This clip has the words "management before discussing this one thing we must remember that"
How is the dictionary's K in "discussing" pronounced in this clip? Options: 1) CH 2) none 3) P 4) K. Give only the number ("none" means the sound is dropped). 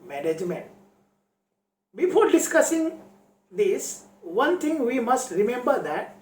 4